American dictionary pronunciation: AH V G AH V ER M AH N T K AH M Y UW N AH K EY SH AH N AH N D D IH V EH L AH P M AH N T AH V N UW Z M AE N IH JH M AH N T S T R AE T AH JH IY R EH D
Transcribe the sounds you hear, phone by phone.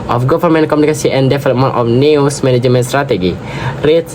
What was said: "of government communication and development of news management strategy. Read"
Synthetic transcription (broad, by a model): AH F G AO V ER M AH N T K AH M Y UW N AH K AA S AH AH N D D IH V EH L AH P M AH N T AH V N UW S M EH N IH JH M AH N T S T R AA T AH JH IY R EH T